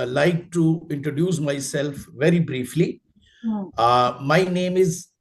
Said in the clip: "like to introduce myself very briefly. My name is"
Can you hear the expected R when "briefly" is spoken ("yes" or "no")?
yes